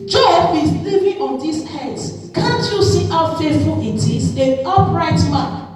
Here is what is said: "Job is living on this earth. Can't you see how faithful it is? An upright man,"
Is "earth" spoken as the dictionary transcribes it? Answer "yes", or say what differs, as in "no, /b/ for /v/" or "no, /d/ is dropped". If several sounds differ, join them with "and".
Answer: no, /s/ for /θ/